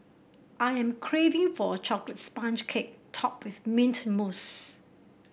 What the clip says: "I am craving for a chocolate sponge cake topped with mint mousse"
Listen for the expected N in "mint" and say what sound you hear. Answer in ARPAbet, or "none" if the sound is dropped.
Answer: N